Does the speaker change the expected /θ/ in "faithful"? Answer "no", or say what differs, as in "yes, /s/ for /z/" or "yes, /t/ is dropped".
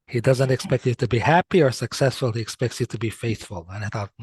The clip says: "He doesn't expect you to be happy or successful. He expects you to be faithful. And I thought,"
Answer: no